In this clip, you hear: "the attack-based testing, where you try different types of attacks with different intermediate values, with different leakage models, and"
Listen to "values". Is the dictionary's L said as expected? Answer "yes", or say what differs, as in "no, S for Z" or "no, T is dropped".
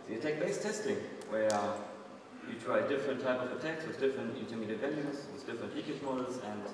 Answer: no, N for L